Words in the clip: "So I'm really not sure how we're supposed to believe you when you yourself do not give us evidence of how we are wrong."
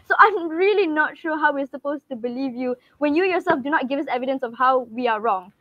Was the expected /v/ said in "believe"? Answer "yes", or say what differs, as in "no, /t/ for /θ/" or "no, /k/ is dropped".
yes